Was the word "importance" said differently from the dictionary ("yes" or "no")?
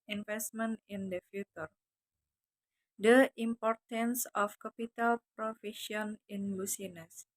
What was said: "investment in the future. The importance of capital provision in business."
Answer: no